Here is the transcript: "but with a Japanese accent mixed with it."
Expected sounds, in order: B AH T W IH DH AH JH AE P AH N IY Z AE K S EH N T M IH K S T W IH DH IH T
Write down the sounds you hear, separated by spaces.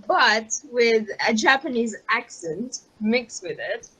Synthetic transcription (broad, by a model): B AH T W IH DH AH JH AE P AH N IY Z AE K S EH N T M IH K S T W IH DH IH T